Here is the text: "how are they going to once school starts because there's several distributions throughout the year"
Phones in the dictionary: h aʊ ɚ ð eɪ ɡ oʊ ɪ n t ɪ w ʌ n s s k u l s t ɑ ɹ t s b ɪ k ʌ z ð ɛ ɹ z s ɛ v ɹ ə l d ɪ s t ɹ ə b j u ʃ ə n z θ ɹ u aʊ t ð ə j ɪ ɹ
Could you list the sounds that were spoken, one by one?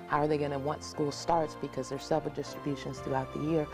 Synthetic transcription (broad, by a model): h aʊ ɚ ð eɪ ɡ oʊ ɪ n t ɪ w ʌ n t s k u l s t ɑ ɹ t s b ɪ k ʌ z ð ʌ ɹ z s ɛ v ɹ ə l d ɪ s t ɹ ə b j u ʃ ə n z θ ɹ u aʊ t ð ə j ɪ ɹ